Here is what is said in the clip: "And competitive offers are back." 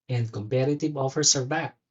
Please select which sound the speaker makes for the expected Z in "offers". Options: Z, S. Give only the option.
S